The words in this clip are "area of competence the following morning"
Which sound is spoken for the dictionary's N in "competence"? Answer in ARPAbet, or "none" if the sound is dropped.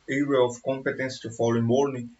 N